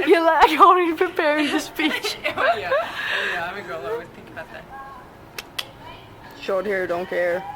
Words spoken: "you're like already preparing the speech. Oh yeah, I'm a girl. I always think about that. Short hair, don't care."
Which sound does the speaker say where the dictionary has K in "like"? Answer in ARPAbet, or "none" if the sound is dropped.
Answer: none